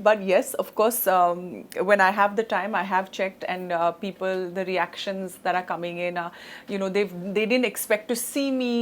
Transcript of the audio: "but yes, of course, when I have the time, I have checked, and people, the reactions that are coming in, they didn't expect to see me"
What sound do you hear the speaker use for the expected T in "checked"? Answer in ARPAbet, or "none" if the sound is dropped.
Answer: T